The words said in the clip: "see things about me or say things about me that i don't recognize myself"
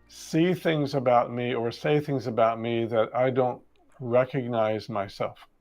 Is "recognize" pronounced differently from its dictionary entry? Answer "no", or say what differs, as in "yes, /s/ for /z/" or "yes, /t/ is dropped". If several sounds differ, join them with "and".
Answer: no